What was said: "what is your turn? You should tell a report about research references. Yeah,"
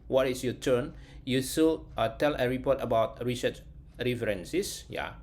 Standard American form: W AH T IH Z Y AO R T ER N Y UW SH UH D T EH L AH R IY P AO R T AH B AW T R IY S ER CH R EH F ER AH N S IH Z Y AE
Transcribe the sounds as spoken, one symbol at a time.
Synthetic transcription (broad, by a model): W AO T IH S Y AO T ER N Y UW S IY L T EH L AH R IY P AO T AH B AW T R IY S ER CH R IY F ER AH N S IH S Y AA